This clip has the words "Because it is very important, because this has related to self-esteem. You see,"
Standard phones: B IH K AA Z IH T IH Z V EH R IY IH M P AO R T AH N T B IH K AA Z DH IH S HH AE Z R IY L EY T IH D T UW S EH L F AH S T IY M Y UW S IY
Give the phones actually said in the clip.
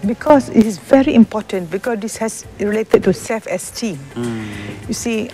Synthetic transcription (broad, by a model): B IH K AA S IH T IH S V EH R IY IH M P AO T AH N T B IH K AA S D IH S HH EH S R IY L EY T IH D T UW S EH F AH S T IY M Y UW S IY